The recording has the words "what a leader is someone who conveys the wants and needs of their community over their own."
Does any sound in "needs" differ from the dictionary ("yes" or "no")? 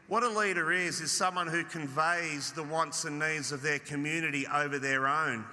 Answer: no